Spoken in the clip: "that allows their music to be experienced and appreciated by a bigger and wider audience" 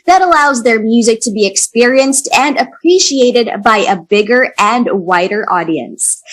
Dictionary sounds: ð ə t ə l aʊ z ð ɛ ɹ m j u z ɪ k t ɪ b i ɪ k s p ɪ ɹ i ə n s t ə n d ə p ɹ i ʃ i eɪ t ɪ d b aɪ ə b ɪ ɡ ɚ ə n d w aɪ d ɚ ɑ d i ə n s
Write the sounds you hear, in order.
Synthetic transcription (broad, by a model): ð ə t ə l aʊ z ð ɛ ɹ m j u z ɪ k t ɪ b i ɪ k s p ɪ ɹ i ə n s t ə n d ə p ɹ i ʃ i eɪ t ɪ d b aɪ ə b ɪ ɡ ɚ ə n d w aɪ d ɚ ɑ d i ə n s